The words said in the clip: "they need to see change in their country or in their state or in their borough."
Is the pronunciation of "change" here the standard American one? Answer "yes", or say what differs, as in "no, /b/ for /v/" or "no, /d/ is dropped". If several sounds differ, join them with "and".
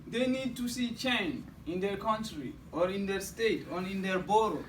no, /dʒ/ is dropped